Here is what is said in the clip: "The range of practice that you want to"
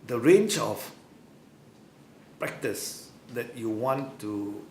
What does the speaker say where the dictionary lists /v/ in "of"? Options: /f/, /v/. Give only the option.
/f/